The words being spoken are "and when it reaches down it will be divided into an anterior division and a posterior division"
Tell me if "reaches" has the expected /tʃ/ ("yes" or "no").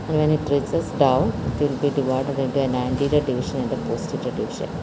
no